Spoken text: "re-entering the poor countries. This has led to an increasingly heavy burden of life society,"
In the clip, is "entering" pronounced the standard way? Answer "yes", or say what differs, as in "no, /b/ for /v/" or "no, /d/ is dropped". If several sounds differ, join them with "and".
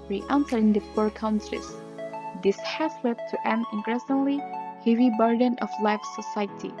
no, /s/ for /t/